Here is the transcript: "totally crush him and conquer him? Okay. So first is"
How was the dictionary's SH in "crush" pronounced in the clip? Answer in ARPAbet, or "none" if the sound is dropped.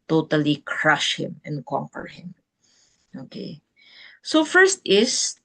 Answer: SH